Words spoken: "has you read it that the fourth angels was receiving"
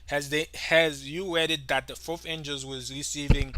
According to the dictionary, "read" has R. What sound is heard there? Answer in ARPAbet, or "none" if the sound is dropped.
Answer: W